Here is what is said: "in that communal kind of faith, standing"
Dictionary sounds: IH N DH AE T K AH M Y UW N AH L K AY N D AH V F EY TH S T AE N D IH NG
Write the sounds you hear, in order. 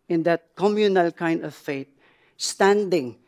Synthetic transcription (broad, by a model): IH N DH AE T K AH M Y UW N AH L K AY N D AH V F EY T S T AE N D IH NG